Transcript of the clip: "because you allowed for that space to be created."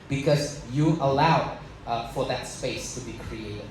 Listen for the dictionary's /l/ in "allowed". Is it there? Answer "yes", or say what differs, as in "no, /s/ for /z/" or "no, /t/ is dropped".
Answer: yes